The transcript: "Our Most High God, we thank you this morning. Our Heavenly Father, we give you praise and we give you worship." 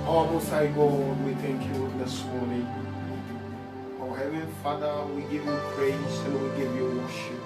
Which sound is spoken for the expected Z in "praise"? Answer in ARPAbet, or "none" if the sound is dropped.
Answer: none